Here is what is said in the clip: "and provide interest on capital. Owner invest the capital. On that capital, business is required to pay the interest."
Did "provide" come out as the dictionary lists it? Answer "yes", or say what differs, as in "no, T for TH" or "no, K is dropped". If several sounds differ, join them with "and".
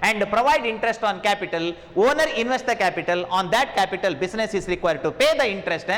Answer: yes